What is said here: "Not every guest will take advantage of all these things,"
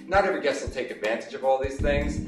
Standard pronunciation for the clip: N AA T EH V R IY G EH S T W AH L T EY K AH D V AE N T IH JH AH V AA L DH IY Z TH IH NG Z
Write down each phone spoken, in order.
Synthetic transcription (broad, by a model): N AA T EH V IY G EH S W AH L T EY K AH D V AE N T IH JH AH V AA L DH IY Z TH IH NG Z